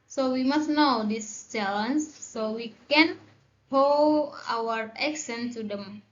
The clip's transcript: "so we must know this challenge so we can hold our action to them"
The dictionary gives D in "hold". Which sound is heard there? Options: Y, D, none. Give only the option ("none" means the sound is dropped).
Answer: none